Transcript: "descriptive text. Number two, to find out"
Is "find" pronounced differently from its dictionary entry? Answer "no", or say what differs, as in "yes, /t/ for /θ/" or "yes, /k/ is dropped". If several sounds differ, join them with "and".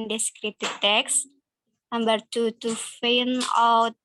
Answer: yes, /d/ is dropped